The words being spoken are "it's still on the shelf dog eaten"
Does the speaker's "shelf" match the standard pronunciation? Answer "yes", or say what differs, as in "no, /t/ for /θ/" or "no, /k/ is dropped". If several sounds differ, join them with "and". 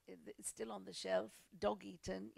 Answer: yes